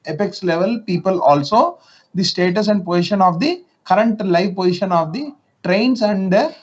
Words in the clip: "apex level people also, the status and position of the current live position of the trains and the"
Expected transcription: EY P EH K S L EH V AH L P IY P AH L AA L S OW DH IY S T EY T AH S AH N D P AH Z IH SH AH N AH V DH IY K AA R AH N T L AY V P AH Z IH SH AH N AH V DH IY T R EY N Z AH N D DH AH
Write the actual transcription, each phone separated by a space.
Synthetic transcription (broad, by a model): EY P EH K S L EH V AH L P IY P AH L AA L S OW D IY S T EY T AH S AH N D P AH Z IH SH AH N AH V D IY K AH R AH N T L AY V P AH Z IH SH AH N AH V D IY T R EY N S AH N D